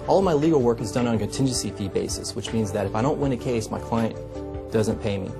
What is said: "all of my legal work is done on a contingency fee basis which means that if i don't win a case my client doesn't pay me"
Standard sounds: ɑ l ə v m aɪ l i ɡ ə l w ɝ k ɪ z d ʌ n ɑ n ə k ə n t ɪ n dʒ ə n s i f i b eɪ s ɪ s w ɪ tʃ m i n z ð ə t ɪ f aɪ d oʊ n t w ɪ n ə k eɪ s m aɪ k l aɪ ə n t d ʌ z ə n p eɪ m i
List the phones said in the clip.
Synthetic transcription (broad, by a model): ɑ l ə v m aɪ l i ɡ l w ɝ k ɪ z d ʌ n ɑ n ə k ə n t ɪ n dʒ ə n s i f i b eɪ s ɪ s w ɪ tʃ m i n z ð ə t ɪ f aɪ d oʊ n t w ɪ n ə k eɪ s m aɪ k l aɪ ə n d ʌ z ə n p eɪ m i